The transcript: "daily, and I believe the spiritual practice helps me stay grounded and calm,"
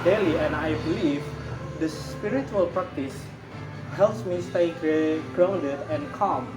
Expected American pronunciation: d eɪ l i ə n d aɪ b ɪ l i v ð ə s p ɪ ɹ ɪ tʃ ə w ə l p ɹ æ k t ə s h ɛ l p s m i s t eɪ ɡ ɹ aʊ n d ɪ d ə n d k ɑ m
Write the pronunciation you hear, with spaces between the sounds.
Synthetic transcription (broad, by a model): d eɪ l i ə n aɪ b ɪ l i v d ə s p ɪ ɹ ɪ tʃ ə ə l p ɹ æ k t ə s h ɛ l p s m i s t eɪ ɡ ɹ aʊ n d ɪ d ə n k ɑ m